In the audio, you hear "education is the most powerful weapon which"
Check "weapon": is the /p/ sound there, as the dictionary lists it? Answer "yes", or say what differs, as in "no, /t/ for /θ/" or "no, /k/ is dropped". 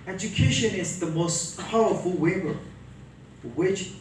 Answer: no, /b/ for /p/